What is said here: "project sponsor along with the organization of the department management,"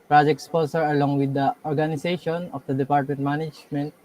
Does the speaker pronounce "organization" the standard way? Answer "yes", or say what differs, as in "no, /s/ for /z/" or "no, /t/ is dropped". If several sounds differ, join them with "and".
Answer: no, /s/ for /z/